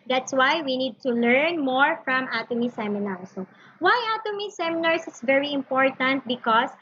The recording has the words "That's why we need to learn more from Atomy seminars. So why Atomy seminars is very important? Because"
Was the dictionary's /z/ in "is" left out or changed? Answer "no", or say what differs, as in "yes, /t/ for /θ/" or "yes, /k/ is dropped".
yes, /s/ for /z/